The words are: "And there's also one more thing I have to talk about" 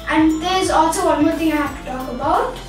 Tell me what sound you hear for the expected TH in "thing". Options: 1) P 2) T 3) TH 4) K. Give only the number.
2